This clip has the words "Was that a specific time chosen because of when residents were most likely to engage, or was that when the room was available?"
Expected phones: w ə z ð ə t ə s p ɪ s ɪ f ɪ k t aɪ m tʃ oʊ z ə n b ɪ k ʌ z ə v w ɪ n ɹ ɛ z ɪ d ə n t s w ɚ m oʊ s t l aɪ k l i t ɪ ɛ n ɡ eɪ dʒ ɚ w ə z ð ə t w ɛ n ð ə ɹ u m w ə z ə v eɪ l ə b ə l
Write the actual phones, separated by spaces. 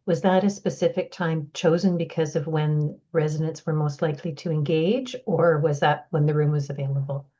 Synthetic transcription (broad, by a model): w ə z ð ə t ə s p ɪ s ɪ f ɪ k t aɪ m tʃ oʊ z ə n b ɪ k ʌ z ə v w ɪ n ɹ ɛ z ɪ d ə n t s w ɚ m oʊ s t l aɪ k l i t ɪ ɛ n ɡ eɪ dʒ ɚ w ə z ð ə t w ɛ n ð ə ɹ u m w ə z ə v eɪ l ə b l